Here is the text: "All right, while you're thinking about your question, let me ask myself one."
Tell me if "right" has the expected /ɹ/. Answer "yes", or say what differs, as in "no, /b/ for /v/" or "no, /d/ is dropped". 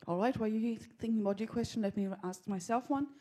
yes